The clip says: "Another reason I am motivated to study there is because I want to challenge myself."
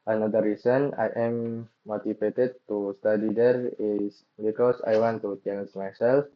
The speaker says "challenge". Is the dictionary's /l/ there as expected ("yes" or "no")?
no